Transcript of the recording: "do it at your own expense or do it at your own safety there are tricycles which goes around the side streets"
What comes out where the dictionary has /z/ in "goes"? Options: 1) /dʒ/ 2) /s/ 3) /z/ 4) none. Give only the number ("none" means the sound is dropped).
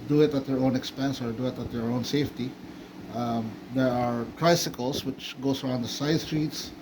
2